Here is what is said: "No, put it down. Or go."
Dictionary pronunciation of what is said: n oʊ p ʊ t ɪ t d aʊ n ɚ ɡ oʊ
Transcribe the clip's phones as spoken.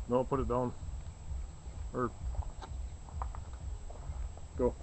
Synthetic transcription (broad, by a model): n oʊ p ʊ t ɪ t d aʊ n ɚ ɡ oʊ